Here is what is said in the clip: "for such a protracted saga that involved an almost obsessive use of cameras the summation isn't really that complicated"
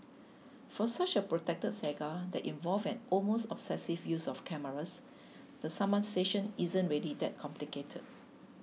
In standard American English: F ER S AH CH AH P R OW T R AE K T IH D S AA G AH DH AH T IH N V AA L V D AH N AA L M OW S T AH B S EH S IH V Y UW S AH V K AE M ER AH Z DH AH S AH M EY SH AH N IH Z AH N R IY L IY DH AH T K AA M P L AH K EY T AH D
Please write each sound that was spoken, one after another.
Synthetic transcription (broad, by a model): F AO S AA CH AH P R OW T EH K T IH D S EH G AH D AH T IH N V AA L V AH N AA L M OW S T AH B S EH S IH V Y UW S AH F K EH M ER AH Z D AH S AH M EY SH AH N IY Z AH N R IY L IY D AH T K AA M P L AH K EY T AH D